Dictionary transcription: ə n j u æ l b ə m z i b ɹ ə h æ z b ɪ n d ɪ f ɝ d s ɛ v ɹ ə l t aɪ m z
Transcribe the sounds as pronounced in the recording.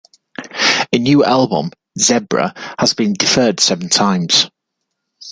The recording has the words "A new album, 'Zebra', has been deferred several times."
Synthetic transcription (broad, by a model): ə n j u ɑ l b ə m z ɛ b ɹ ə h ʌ z b ɪ n d ɪ f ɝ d s ɛ v ə n t aɪ m z